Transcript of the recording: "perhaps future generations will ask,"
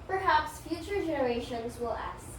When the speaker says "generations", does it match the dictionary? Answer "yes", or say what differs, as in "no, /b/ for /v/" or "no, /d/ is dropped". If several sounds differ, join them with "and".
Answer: yes